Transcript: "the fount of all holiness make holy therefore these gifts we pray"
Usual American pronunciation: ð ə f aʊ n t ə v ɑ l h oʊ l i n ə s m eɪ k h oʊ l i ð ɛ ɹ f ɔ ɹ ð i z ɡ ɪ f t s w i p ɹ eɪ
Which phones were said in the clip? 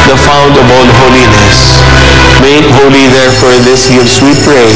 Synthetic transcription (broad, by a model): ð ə f aʊ n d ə b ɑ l h oʊ l i n ə s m eɪ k h oʊ l i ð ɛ ɹ f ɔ ɹ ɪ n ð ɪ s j s w i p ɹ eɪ